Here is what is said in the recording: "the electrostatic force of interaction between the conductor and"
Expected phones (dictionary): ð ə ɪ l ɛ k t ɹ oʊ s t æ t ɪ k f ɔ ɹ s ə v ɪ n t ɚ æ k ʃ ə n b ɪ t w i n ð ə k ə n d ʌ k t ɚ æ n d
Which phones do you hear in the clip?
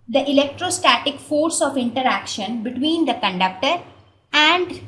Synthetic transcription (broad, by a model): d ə ɪ l ɛ k t ɹ oʊ s t æ t ɪ k f ɔ ɹ s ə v ɪ n t ɚ æ k ʃ ə n b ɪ t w i n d ə k ə n d ʌ k t ɚ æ n d